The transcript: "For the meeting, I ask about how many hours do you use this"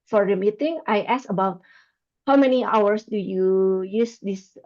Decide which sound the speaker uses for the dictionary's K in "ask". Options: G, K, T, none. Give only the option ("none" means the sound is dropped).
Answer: none